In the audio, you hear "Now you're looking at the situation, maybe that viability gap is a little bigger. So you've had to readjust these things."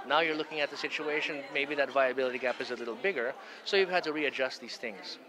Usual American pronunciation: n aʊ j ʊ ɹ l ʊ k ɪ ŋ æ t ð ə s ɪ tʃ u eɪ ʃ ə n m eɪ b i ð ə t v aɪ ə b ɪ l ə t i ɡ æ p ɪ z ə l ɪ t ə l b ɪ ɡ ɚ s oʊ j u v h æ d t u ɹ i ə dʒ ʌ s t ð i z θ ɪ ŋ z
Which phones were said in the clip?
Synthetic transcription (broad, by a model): n aʊ j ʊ ɹ l ʊ k ɪ ŋ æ t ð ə s ɪ tʃ u eɪ ʃ ə n m eɪ b i ð ə t v aɪ ə b ɪ l ə t i ɡ æ p ɪ z ə l ɪ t l b ɪ ɡ ɚ s oʊ j u v h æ d t u ɹ i ə dʒ ʌ s t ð i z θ ɪ ŋ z